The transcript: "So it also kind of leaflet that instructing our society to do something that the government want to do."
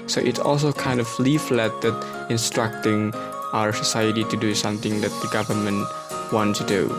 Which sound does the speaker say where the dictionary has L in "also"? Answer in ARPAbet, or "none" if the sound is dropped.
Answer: L